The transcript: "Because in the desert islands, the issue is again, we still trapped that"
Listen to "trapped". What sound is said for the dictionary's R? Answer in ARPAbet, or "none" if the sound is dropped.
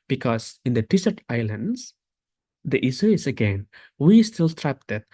R